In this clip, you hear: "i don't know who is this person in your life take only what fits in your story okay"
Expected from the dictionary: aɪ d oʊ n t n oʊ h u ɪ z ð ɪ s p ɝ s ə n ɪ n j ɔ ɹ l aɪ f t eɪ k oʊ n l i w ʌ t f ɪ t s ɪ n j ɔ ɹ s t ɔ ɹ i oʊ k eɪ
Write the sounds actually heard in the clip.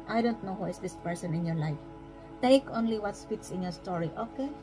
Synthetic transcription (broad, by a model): aɪ d oʊ n t n oʊ h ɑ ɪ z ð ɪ s p ɝ s ə n ɪ n j ɔ ɹ l aɪ f t eɪ k oʊ n l i w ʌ t p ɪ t s ɪ n j ɔ ɹ s t ɔ ɹ i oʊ k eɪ